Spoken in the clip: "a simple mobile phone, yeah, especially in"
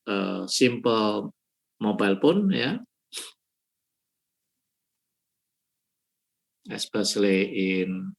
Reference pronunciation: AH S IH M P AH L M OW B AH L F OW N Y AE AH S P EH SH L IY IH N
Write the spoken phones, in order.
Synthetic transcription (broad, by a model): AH S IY M P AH L M OW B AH L P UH N Y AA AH S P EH S L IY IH N